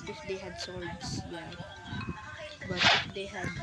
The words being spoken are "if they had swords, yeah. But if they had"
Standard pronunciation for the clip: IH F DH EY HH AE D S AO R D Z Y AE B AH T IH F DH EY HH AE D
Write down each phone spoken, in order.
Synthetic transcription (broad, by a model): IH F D EY HH AE D S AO L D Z Y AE B AH T IH F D EY HH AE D